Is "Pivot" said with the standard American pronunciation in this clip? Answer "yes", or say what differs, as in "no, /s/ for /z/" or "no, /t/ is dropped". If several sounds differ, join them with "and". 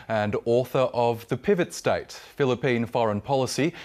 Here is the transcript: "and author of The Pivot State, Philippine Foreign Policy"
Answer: yes